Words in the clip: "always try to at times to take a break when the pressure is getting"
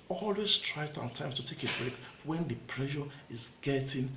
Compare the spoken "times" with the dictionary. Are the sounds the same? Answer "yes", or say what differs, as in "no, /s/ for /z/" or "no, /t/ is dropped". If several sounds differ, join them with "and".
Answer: no, /s/ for /z/